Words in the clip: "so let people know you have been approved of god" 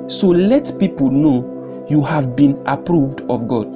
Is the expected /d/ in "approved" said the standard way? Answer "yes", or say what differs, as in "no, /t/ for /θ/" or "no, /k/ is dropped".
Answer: yes